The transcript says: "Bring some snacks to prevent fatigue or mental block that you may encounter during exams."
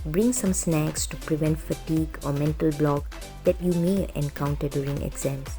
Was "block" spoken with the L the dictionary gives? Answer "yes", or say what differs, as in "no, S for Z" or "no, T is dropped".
yes